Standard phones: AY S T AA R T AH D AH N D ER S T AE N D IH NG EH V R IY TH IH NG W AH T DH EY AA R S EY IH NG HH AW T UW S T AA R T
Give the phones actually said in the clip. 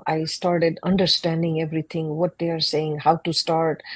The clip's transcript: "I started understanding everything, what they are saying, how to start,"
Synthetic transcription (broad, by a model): AY S T AA R T AH D AH N D ER S T AE N D IH NG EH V R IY T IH NG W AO T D EY AA R S EY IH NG HH AW T UW S T AA R T